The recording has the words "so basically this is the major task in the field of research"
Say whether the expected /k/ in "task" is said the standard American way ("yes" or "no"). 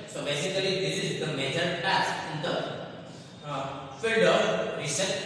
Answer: no